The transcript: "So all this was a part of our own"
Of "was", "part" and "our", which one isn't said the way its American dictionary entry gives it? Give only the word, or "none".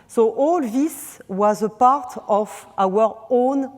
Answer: none